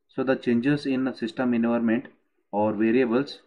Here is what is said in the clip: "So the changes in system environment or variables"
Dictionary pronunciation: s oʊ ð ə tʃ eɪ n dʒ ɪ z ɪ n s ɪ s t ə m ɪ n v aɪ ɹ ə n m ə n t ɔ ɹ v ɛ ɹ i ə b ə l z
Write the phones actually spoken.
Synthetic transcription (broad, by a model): s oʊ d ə tʃ eɪ n dʒ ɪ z ɪ n s ɪ s t ə m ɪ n aɪ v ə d m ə n t ɔ ɹ v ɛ ɹ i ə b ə l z